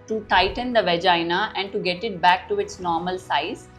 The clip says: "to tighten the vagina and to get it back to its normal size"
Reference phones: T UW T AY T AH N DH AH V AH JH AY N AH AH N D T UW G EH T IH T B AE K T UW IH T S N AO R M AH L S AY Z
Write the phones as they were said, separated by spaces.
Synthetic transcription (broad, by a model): T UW T AY T AH N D AH V AH JH AY N AH AH N D T UW G EH T IH T B AE K T UW IH T S N AO R M AH L S AY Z